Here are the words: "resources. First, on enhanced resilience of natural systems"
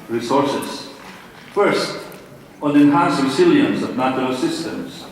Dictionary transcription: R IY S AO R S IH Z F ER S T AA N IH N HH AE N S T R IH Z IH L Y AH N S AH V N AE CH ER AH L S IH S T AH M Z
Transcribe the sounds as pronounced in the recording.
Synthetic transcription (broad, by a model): R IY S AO R S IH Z F ER S T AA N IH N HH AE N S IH S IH L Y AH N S AH V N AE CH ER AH L S IH S T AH M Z